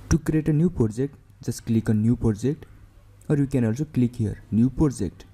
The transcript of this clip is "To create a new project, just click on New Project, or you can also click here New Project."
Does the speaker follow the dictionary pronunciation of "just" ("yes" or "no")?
no